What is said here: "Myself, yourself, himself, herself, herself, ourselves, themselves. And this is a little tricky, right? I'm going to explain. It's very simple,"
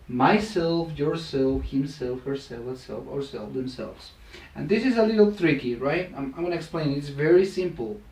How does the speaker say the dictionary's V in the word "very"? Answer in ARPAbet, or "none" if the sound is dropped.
V